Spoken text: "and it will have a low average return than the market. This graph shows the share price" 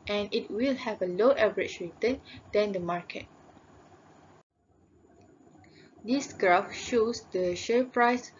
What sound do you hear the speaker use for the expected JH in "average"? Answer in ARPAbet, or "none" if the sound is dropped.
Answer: CH